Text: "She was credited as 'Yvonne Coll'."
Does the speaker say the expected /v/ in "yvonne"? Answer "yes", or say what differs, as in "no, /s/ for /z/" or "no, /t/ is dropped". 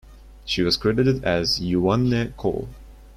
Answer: no, /v/ is dropped